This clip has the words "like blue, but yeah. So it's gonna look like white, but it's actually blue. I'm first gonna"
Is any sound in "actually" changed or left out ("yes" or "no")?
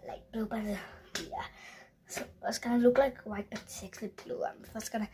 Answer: yes